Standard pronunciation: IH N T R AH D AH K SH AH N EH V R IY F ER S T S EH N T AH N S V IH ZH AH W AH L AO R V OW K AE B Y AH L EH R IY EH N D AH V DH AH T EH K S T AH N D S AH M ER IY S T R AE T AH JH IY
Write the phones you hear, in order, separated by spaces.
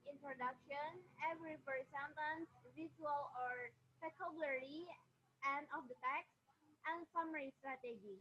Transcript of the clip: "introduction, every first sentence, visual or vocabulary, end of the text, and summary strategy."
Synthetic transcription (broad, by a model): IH N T R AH D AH K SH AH N EH V R IY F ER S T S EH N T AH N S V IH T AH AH L AO R P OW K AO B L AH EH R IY EH N D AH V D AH T EH K S T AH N S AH M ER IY S T R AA T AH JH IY